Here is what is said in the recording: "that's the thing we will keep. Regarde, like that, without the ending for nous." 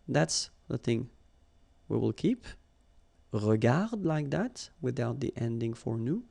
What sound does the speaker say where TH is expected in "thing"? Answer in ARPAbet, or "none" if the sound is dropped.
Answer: TH